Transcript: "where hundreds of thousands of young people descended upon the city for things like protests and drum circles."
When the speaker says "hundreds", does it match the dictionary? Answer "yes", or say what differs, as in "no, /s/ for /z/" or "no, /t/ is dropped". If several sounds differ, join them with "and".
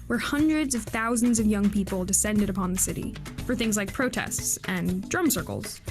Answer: yes